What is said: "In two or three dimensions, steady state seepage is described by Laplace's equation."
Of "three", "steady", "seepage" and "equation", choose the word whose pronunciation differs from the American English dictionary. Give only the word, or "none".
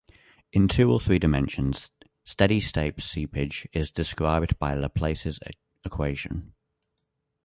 none